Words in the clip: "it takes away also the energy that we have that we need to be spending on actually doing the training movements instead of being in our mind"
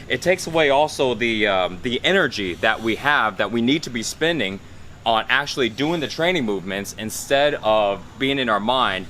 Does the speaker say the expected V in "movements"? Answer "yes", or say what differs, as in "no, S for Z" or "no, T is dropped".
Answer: yes